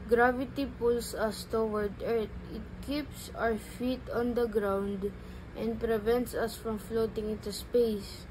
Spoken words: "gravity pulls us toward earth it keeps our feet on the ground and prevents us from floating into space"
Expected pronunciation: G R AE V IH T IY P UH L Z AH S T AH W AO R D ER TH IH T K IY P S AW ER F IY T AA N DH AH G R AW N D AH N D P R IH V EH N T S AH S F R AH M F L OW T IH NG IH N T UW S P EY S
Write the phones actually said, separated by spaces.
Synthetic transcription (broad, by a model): G R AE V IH T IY P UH L S AH S T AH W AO R D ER T IH T K IY P S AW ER F IY T AA N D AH G R AW N D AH N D P R IH V EH N T S AH S F R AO M F L OW T IH NG IH N T UW S P EY S